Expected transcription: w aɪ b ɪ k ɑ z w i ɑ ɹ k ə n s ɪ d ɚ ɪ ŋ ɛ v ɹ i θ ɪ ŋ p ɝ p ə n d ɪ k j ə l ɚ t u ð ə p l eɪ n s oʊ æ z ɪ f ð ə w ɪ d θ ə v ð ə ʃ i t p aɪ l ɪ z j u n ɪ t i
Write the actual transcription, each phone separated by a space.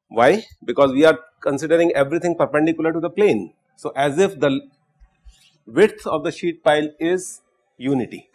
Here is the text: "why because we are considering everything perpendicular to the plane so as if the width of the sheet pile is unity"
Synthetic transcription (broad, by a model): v aɪ b ɪ k ɑ z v i ɑ ɹ k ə n s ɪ d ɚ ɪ ŋ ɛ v ɹ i t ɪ ŋ p ɝ p ə n d ɪ k j ə l ɚ t u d ə p l eɪ n s oʊ æ z ɪ f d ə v ɪ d t ə v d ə ʃ i t p aɪ l ɪ z j u n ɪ t i